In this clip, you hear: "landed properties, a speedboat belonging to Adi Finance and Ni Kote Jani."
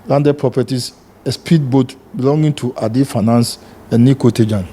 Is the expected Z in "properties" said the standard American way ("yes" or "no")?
no